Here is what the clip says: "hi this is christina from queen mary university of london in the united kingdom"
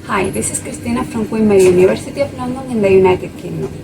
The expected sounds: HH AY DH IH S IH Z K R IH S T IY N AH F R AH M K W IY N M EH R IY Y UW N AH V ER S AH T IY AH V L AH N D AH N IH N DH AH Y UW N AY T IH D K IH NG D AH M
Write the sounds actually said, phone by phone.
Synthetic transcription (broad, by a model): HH AY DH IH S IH S K R IH S T IY N AH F R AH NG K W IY M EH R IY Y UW N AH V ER S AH T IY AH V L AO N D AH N IH N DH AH Y UW N AY T IH D K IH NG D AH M